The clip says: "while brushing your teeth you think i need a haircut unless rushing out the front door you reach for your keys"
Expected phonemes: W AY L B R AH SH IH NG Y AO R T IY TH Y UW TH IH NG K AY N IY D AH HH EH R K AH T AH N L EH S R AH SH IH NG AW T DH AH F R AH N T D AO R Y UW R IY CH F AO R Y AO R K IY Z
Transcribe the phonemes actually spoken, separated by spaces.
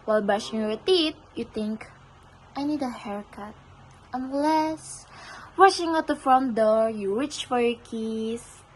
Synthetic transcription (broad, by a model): W AY L B AA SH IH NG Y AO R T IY T Y UW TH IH NG K AY N IY D AH HH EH R K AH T AH N L EH S W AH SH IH NG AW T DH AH F R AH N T D AO R Y UW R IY CH F AO R Y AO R K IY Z